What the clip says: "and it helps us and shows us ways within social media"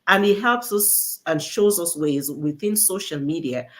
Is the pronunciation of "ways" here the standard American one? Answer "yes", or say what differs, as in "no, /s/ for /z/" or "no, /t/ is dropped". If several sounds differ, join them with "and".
yes